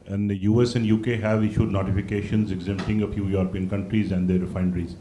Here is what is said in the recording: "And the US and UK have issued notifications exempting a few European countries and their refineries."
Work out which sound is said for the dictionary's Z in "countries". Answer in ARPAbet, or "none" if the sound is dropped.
Z